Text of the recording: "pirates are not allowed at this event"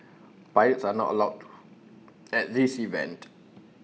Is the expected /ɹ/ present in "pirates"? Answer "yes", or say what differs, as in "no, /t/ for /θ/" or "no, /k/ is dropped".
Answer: no, /ɹ/ is dropped